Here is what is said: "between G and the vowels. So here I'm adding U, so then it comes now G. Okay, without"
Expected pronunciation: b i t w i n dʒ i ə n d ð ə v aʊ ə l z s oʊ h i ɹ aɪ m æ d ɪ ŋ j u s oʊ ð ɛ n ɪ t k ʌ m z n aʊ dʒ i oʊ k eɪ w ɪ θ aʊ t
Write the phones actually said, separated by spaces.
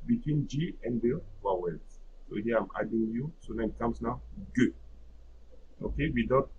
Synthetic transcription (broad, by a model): b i t w i n dʒ i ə n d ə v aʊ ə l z s oʊ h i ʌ aɪ m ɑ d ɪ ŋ j u s oʊ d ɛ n ɪ t k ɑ m s n aʊ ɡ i oʊ k eɪ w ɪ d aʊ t